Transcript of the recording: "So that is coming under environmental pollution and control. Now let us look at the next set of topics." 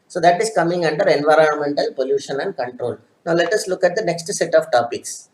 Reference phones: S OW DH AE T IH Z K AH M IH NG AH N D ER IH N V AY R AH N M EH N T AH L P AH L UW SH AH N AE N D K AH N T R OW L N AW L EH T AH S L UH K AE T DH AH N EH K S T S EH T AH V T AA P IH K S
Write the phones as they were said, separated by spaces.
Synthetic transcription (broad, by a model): S OW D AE T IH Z K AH M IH NG AH N D ER IH N V AY R AH N M EH N T AH L P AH L UW SH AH N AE N D K AH N T R OW L N AW L EH T AH S L UH K AE T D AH N EH K S T S EH T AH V T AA P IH K S